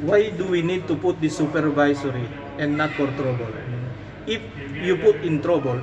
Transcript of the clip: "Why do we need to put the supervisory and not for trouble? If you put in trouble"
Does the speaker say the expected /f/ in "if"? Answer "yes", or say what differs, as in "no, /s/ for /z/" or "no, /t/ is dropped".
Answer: yes